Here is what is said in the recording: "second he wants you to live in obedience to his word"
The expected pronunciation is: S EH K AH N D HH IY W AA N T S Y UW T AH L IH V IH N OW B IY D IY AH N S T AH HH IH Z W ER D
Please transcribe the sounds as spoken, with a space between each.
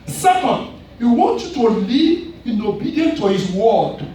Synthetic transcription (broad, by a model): S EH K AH N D HH IY W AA N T Y UW T AH L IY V IH N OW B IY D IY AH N T AH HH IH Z W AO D